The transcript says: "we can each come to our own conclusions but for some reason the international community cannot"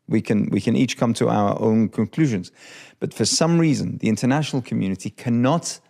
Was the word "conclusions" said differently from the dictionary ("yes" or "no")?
no